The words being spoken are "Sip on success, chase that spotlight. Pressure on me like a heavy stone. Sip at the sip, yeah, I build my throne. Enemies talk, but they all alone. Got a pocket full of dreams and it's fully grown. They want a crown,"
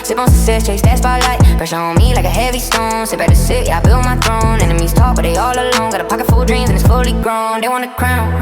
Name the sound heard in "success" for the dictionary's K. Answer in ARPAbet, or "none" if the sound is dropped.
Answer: none